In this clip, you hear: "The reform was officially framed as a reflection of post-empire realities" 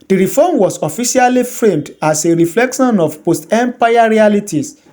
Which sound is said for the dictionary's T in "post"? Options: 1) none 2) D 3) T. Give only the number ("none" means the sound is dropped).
3